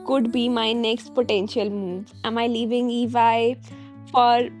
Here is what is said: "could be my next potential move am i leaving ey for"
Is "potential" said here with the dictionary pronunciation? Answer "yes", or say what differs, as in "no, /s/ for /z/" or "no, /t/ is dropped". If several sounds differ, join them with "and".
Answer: yes